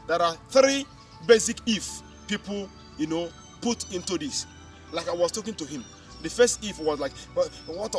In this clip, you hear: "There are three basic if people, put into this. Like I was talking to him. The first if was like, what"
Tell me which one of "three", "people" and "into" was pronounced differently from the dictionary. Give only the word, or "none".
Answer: people